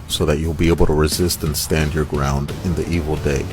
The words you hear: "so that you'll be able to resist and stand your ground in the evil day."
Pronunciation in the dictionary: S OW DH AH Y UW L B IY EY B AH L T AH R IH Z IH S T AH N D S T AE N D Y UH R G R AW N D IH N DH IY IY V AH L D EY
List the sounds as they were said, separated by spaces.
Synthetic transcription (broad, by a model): S OW DH AH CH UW L B IY EY B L T AH R IH Z IH S T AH N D S T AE N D Y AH R G R AW N D IH N DH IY IY V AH L D EY